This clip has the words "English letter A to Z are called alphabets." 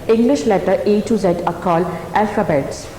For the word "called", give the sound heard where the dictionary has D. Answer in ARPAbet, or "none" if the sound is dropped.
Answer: none